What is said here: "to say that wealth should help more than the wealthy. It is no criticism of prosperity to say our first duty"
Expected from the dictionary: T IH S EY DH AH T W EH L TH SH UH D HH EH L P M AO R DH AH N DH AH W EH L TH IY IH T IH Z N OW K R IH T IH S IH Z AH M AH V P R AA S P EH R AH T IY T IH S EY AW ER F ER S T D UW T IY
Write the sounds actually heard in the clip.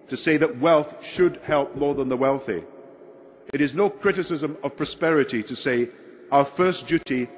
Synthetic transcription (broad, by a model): T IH S EY DH AH T W EH L TH SH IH D HH EH L P M AO R DH AH N DH AH W EH L TH IY IH T IH Z N OW K R IH T IH S IH Z AH M AH V P R AA S P EH R AH T IY T IH S EY AW ER F ER S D UW T IY